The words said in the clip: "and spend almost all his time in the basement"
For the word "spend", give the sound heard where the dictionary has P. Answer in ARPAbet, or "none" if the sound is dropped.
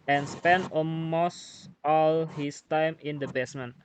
P